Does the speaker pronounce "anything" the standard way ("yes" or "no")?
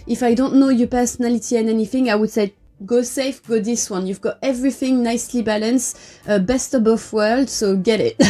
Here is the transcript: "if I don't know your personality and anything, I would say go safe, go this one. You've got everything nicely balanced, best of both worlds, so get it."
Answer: yes